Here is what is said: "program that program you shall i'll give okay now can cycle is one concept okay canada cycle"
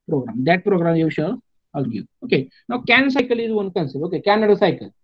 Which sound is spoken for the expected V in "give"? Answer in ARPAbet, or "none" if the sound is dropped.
none